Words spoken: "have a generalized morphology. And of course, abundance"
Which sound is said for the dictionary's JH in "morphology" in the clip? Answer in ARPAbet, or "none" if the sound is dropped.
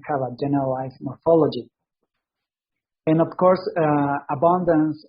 JH